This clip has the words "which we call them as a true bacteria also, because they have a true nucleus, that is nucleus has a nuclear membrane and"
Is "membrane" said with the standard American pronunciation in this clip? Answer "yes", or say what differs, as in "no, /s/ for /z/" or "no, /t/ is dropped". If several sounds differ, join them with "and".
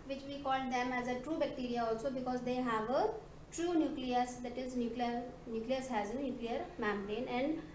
no, /b/ is dropped